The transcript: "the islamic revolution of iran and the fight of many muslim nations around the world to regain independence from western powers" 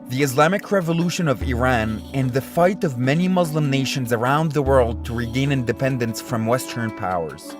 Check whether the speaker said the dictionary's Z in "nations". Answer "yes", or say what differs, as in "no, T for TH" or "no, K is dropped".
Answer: yes